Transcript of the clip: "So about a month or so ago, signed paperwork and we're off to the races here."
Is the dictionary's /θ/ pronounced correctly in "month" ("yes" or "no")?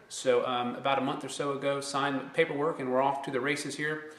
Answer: yes